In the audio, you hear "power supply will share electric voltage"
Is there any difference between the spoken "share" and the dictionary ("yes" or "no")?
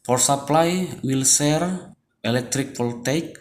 yes